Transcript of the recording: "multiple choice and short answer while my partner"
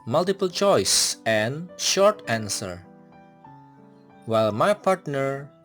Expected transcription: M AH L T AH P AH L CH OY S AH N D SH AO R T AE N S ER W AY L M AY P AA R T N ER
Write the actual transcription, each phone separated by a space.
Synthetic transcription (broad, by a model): M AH L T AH P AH L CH OY S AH N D SH AO R T AE N S ER W AY L M AY P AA R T N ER